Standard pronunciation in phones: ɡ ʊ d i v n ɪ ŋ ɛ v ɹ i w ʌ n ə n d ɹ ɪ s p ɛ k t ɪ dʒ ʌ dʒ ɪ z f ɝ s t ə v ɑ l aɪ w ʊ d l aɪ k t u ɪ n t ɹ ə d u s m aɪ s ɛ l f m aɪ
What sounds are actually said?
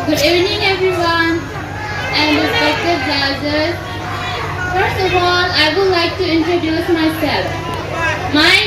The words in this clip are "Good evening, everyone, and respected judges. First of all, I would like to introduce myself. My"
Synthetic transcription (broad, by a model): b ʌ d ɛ n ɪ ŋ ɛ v ɹ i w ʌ n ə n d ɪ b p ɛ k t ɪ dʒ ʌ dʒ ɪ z f ɝ s t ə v ɑ l aɪ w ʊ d l aɪ k t u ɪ n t ɹ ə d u s m aɪ s ɛ l f m aɪ